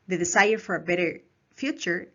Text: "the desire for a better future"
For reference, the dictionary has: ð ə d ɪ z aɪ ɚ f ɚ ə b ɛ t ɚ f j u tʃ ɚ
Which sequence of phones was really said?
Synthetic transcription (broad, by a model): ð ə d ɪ s aɪ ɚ f ɚ ə b ɛ t ɚ f j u tʃ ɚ